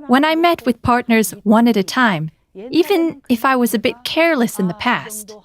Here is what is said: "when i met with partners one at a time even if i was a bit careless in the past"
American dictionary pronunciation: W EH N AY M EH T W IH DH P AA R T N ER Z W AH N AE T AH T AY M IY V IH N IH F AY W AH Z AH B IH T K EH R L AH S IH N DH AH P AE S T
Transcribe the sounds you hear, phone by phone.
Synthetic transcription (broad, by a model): W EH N AY M EH T W IH DH P AA R T N ER Z W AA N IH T AH T AY M IY V IH N IH F AY W AH Z AH B IH T K EH R L AH S IH N DH AH P AE S T